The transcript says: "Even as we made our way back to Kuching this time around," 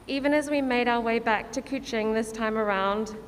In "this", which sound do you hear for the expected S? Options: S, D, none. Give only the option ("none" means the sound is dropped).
S